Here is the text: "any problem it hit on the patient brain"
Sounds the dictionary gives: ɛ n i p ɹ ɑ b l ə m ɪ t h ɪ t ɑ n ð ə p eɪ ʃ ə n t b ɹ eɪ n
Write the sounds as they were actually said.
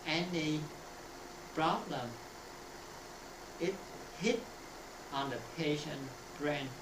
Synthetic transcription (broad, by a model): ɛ n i p ɹ ɑ b l ə m ɪ t h ɪ t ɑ n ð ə p eɪ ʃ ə n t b ɹ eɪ n